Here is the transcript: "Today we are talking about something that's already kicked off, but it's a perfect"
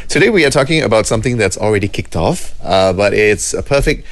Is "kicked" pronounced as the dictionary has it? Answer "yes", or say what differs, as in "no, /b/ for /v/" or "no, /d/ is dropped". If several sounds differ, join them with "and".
yes